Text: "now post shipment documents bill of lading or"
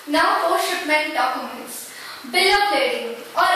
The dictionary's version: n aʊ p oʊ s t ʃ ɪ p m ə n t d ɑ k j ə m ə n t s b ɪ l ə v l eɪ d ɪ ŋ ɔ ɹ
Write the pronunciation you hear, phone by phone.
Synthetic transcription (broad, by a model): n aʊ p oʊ t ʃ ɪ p m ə n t d ɑ k j ə m ə n t s b ɪ l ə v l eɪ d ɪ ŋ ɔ ɹ